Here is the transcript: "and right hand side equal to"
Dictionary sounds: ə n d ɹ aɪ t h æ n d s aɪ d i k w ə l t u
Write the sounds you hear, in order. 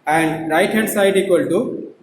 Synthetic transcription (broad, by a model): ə n d ɹ aɪ t h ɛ d s aɪ d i k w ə l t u